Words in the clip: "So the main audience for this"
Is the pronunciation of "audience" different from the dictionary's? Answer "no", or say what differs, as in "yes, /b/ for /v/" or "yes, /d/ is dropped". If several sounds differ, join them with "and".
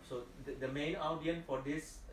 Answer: yes, /s/ is dropped